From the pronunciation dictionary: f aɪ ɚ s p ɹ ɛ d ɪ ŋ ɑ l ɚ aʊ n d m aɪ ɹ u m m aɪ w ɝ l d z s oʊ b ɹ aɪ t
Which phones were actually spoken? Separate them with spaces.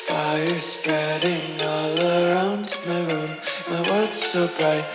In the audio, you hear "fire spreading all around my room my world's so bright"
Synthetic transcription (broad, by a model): f aɪ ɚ s p ɹ ɛ d ɪ ŋ ɑ l ɚ aʊ n d m aɪ ɹ u m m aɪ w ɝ d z s oʊ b ɹ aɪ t